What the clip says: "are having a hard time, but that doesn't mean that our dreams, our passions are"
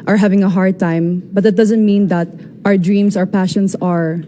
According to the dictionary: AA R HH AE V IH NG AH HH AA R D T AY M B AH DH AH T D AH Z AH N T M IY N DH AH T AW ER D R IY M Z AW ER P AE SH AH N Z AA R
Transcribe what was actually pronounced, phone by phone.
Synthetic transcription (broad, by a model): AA R HH AE V IH NG AH HH AA R D T AY M B AH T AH T D AH Z AH N T M IY N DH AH T AW ER D R IY M S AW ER P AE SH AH N S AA R